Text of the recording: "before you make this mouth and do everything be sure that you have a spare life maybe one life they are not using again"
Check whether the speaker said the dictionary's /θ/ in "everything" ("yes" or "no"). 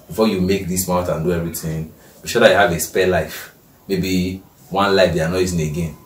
no